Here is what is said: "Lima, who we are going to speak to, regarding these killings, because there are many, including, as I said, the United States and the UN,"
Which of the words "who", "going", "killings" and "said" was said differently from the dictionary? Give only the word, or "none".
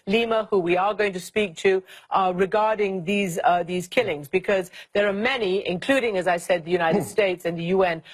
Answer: none